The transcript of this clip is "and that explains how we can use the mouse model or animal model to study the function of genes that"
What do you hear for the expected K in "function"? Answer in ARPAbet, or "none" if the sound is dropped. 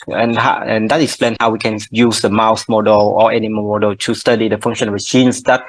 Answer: none